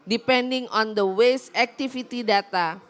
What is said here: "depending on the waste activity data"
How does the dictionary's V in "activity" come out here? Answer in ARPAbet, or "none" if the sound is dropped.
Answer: F